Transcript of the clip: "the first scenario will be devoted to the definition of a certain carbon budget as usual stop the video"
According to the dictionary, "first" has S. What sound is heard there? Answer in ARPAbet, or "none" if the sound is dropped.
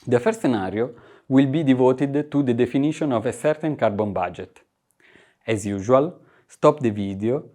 none